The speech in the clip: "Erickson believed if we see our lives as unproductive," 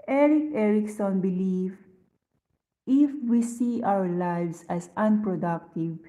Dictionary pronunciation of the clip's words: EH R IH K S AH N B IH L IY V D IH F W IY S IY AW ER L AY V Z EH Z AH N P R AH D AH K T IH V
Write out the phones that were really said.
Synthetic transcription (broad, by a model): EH R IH K S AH N B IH L IY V IH F W IY S IY AW ER L AY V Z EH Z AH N P R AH D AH K T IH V